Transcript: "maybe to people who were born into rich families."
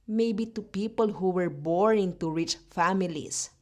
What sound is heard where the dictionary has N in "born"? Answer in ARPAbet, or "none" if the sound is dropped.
none